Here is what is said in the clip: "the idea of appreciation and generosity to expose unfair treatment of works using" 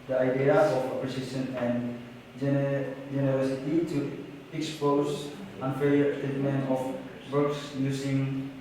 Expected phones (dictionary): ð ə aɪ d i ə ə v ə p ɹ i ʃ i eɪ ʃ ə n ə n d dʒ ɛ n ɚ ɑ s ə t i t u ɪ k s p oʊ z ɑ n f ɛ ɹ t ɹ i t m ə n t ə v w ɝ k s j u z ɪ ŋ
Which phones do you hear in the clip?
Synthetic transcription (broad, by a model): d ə aɪ d i ə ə f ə p ɹ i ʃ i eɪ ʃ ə n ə n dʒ dʒ ɛ n ɚ ɑ s ə t i t u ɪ k s p oʊ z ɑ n f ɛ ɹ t i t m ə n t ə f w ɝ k s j u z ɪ ŋ